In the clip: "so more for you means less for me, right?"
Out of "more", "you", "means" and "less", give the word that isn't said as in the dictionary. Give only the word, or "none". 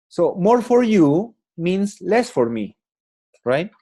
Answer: means